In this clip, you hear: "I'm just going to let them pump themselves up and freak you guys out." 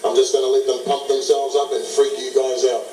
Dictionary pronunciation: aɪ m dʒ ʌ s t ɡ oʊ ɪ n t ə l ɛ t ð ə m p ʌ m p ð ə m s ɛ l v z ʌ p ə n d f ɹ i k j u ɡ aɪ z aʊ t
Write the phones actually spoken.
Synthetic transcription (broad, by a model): aɪ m dʒ ʌ s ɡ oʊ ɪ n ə l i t ð ə m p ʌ p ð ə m s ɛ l v z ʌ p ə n f ɹ i k j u ɡ aɪ z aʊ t